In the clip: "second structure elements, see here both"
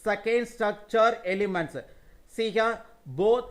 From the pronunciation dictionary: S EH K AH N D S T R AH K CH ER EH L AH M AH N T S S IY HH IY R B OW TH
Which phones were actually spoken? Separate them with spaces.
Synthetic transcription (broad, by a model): S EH K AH N D S T R AH K CH ER EH L AH M AH N T S S IY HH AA B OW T